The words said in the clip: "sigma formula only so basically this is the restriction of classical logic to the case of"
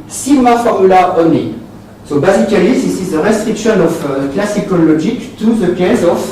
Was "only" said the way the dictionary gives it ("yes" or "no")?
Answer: no